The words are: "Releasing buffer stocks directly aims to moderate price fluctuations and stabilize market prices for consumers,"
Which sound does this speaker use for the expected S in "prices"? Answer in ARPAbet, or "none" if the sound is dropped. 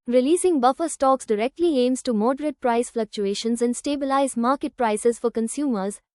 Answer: S